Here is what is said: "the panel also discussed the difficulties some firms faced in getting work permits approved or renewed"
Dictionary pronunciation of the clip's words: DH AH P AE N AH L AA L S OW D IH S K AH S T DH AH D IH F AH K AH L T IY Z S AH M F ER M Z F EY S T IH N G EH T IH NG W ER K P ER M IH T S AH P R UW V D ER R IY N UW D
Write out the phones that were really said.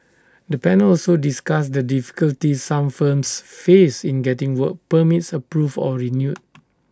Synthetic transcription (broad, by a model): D AH P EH N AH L AA L S OW D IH S K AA S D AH D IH F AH K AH L T IY S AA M F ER M S F EY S IH N G EH T IH NG W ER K P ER M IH T S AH P R UW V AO R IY N UW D